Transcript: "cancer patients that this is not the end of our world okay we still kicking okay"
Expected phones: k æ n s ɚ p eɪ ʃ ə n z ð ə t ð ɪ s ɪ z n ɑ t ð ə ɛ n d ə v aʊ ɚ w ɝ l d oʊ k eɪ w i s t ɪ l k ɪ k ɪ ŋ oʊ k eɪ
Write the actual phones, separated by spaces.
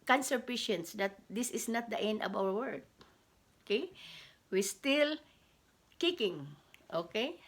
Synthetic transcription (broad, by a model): k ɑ n s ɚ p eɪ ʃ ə n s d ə t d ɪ s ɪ s n ɑ t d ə ɛ n d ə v aʊ ɚ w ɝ d oʊ k eɪ w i s t ɪ l k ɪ k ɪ ŋ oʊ k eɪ